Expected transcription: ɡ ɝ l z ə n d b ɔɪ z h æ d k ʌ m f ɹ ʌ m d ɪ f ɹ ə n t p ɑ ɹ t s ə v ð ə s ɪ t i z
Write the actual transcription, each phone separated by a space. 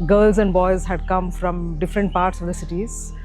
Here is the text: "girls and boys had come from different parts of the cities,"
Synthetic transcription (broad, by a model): ɡ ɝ l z ə n d b ɔɪ z h æ d k ʌ m f ɹ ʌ m d ɪ f ɹ ə n t p ɑ ɹ t s ə v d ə s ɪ t i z